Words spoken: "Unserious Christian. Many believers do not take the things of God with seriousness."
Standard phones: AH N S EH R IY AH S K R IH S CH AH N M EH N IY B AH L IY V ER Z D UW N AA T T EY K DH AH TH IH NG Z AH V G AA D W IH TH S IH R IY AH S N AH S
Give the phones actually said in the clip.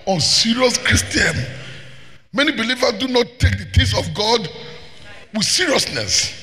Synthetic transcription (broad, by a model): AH N S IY R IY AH S K R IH S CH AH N M EH N IY B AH L IY V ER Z D UW N AA T T EY K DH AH T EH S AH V G AA D W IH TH S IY R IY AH S N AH S